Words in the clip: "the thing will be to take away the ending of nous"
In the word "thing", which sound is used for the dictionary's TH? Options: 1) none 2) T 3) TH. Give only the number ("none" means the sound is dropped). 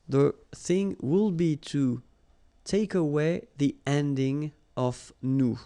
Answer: 3